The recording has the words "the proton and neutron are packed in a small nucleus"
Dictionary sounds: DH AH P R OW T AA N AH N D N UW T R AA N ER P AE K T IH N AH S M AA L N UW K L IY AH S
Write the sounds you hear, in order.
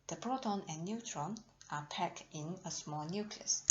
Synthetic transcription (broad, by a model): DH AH B R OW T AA N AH N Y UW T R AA N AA P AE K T IH N AH S M AA L N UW K L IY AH S